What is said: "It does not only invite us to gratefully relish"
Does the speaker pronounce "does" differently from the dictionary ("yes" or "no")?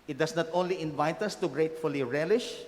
yes